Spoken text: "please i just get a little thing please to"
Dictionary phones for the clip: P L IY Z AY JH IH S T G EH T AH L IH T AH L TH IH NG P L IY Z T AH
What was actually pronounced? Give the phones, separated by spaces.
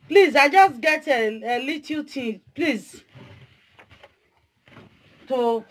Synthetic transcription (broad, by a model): P L IY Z AY JH IH S T G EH T AH L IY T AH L T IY P L IY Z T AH